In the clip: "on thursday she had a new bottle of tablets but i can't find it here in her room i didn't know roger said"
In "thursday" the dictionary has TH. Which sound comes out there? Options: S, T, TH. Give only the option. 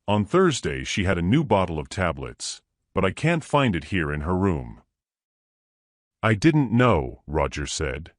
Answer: TH